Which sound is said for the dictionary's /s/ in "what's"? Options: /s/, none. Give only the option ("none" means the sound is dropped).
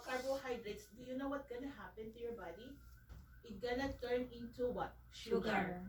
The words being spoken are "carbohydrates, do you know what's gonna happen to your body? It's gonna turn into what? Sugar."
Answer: none